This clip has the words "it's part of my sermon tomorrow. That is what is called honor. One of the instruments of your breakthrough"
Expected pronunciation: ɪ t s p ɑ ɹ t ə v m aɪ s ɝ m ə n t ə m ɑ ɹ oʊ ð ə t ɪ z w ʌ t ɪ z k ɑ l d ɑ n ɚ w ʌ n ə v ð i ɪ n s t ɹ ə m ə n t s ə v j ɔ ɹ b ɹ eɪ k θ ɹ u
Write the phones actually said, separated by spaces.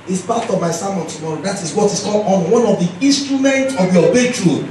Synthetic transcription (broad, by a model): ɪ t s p ɑ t ə v m aɪ s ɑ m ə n t ə m ɑ ɹ oʊ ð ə t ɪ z w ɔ t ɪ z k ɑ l ɑ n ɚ w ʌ n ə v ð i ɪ n s t ɹ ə m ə n t ə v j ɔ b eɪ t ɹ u